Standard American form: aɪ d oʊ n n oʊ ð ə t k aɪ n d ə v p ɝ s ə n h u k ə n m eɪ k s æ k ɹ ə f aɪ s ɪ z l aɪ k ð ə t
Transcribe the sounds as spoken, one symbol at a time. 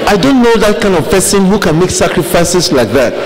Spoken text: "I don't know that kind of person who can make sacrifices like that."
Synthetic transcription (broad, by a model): aɪ d oʊ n n oʊ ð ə t k aɪ n d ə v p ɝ s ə n h u k ə n m eɪ k s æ k ɹ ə f aɪ s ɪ s l aɪ k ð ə t